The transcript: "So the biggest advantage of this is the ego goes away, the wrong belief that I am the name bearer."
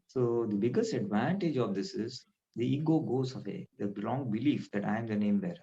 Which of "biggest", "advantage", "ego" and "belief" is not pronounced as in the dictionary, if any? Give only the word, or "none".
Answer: none